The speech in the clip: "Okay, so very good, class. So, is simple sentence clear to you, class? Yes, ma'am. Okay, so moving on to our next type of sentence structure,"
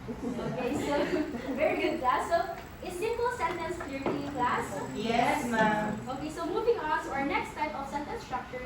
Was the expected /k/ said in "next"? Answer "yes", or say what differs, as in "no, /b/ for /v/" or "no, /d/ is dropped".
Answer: yes